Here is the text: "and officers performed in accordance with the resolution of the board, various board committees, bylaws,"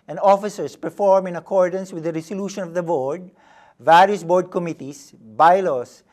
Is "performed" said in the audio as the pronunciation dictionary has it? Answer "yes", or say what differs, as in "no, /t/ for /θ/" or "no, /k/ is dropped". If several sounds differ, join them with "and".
no, /d/ is dropped